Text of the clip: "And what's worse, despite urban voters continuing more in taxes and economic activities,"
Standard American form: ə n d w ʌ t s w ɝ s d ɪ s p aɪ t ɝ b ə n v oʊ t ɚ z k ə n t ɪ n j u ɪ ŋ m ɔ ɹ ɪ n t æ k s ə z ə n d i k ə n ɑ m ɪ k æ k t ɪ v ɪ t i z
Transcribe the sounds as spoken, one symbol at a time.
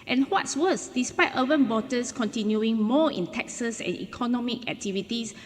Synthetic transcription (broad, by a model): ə n w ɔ t s w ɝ s d ɪ s p aɪ t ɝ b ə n b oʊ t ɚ s k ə n t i n j u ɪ ŋ m ɔ ɪ n t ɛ k s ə s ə n i k ə n ɑ m ɪ k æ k t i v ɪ t i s